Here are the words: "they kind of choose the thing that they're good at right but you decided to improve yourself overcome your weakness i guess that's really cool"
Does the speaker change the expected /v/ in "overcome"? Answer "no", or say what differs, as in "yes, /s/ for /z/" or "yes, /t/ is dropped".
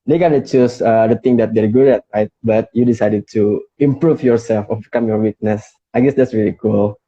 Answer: yes, /b/ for /v/